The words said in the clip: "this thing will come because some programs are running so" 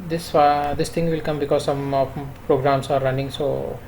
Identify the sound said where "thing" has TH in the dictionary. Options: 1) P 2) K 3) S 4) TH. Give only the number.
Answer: 3